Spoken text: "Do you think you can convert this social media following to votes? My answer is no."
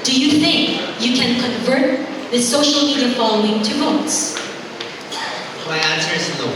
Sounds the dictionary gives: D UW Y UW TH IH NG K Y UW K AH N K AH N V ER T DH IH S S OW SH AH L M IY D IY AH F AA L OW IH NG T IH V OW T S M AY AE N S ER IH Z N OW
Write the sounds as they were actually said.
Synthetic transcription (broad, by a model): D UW Y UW TH IH NG K Y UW K AH N K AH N V ER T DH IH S S OW SH AH L M IY D IY AH F AA L OW IH NG T IH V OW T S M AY AE N S ER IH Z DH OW